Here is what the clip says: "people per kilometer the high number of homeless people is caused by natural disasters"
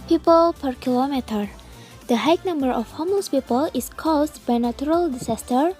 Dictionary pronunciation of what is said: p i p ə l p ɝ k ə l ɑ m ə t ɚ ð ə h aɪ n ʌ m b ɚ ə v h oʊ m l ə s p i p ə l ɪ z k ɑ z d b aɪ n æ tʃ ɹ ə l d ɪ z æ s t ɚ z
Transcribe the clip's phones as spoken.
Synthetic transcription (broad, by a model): p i p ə l p ɝ k ə l ɑ m ə t ɚ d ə h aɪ n ʌ m b ɚ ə f h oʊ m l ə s p i p ə l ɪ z k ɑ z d b aɪ n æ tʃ ɹ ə l d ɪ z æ s t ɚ